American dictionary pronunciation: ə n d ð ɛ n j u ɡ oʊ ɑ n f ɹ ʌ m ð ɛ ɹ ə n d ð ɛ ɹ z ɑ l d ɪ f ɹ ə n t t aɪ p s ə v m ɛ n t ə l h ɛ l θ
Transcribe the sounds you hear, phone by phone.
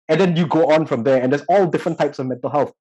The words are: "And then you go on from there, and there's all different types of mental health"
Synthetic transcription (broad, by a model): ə n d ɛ n j u ɡ oʊ ɑ n f ɹ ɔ m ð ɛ ə n d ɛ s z ɑ l d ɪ f ɹ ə n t t aɪ p s ə v m ɛ n t ə l h ɛ l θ